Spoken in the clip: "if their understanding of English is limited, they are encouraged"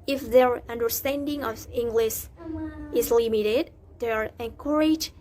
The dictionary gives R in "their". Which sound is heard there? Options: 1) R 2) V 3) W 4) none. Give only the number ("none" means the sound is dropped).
1